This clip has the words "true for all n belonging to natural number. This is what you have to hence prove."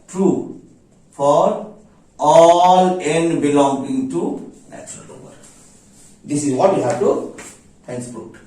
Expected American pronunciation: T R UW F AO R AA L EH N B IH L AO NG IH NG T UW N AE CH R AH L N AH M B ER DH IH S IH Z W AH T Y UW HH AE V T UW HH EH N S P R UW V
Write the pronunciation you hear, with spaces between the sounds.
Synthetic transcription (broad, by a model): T R UW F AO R AA L EH N B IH L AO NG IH NG T UW N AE CH R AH L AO B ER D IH S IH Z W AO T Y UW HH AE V T UW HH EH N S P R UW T